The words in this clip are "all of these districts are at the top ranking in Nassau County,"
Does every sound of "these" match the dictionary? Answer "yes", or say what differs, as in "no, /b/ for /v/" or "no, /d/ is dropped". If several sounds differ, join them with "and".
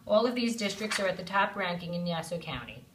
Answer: yes